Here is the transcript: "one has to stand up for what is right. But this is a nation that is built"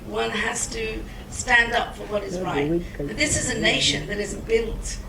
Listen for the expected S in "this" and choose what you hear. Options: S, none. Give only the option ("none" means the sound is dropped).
S